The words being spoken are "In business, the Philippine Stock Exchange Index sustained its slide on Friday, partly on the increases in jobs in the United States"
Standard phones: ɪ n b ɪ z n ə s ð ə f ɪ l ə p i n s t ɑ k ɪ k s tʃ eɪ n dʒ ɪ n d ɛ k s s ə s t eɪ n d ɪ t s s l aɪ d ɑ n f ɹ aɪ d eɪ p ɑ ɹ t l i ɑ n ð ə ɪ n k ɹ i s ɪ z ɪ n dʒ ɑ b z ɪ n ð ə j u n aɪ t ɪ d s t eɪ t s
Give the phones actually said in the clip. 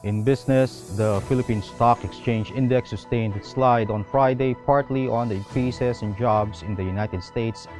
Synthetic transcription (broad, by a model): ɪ n b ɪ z n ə s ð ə f ɪ l ə p i n s t ɑ k ɪ k s tʃ eɪ n dʒ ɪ n d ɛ k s s ə s t eɪ n d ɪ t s s l aɪ d ɑ n f ɹ aɪ d eɪ p ɑ ɹ t l i ɑ n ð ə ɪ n k ɹ i s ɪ s ɪ n dʒ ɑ b s ɪ n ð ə j u n aɪ t ɪ d s t eɪ t s